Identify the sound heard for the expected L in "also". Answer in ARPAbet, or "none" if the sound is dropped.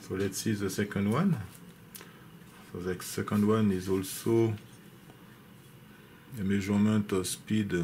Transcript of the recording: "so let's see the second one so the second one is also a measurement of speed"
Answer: L